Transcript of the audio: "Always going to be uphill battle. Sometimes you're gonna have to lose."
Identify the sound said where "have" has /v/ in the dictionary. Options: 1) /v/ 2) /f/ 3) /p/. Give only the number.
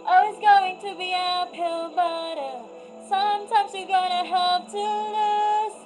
3